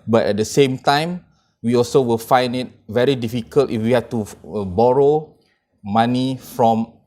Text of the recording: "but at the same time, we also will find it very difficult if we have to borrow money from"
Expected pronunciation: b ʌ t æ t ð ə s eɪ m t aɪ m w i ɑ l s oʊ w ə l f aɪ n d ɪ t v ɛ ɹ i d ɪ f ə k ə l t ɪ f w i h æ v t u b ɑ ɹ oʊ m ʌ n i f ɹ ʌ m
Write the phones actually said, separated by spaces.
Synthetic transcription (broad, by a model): b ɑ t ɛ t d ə s eɪ m t aɪ m w i ɑ l s oʊ w ə l f aɪ n d ɪ t v ɛ ɹ i d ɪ f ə k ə l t ɪ f w i h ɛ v t u b ɑ ɹ oʊ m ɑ n i f ɹ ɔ m